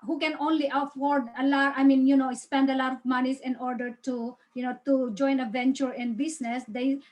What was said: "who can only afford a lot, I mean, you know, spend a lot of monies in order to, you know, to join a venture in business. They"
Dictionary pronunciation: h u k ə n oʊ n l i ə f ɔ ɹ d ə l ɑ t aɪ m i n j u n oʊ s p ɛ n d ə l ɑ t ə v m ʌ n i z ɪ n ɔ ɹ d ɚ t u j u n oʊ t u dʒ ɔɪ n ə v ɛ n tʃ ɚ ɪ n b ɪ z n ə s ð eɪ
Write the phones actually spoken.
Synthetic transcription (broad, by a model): h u k ə n oʊ n l i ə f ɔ ɹ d ə l ɑ t aɪ m i n j u n oʊ s p ɛ n d ə l ɑ t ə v m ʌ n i s ɪ n ɔ ɹ d ɚ t u j u n oʊ t u dʒ ɔɪ n ə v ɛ n tʃ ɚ ɪ n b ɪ s n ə s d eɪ